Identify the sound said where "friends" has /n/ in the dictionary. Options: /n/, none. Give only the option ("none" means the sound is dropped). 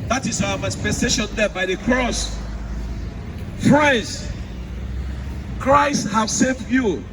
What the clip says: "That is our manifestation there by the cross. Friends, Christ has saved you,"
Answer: none